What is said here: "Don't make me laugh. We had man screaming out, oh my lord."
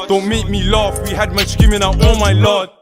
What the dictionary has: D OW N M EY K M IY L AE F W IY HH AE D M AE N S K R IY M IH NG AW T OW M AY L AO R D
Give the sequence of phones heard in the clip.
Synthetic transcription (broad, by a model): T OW M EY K M IY L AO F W IY HH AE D M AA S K IY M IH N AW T OW M AY L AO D